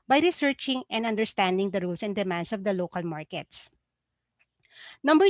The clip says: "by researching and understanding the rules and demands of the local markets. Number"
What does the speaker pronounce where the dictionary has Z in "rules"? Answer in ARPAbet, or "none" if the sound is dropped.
S